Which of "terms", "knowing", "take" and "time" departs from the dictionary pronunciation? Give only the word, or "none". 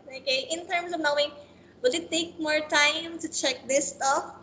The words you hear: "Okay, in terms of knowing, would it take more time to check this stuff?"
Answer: terms